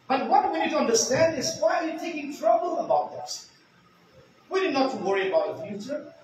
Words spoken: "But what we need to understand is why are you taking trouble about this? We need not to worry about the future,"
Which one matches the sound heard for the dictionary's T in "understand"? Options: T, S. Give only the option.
T